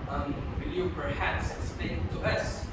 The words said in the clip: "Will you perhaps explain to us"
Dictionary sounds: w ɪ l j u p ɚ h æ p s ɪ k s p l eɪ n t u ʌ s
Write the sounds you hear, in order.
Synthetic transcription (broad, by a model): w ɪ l j u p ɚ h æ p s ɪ s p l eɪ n t u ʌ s